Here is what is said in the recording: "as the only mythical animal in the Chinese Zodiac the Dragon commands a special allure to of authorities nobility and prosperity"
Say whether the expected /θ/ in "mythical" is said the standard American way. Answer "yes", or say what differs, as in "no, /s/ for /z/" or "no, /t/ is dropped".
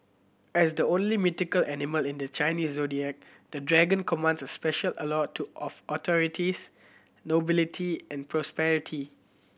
no, /t/ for /θ/